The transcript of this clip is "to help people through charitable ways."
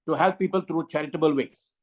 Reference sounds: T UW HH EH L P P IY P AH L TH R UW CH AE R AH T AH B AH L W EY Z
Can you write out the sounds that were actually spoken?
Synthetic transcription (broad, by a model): T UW HH EH L P P IY P AH L T R UW CH AE R AH T AH B AH L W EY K